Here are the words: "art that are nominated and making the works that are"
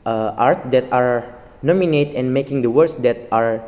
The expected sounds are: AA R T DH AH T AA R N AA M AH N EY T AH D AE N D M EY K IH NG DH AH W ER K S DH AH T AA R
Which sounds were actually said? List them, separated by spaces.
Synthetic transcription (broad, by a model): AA R T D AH T AA R N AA M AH N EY T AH N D M EY K IH NG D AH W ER S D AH T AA R